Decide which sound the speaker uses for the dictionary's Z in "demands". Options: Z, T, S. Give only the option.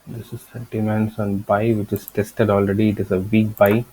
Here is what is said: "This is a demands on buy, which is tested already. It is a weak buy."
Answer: S